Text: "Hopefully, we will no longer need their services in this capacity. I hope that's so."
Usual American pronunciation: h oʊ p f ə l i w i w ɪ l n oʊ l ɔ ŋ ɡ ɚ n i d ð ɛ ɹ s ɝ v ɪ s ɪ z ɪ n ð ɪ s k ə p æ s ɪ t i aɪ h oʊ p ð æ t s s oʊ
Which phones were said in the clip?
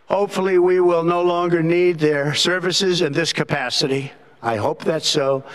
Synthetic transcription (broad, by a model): h oʊ p f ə l i w i w ɪ l n oʊ l ɔ ŋ ɡ ɚ n i d ð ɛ ɹ s ɝ v ɪ s ɪ z ɪ n ð ɪ s k ə p æ s ɪ t i aɪ h oʊ p ð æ t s s oʊ